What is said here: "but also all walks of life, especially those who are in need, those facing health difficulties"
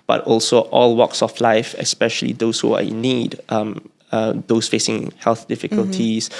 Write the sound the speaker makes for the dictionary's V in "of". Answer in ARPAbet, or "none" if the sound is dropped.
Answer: F